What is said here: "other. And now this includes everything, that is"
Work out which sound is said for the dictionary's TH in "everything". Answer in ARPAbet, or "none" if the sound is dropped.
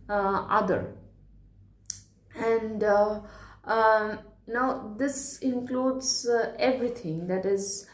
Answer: T